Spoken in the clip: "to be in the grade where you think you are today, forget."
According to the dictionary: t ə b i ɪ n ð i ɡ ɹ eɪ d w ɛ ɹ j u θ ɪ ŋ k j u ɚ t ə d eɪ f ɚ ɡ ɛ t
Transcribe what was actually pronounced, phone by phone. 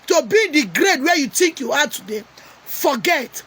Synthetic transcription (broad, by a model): t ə b i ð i ɡ ɹ eɪ d w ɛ j u t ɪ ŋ k j u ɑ t ə d eɪ f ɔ ɡ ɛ t